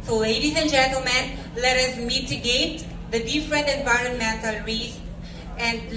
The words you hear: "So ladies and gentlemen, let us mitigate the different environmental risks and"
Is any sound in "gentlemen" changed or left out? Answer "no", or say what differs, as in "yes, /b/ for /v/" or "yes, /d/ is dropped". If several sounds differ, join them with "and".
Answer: no